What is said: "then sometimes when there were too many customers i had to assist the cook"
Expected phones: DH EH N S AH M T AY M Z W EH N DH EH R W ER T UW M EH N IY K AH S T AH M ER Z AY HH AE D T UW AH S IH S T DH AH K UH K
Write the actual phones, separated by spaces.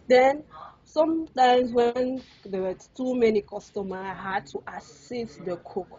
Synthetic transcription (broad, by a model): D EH N S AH M T AY M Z W EH N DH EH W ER T UW M EH N IY K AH S T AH M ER AY HH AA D T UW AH S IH S T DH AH K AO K